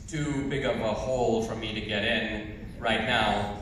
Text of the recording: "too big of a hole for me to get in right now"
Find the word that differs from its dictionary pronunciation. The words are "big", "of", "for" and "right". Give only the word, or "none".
of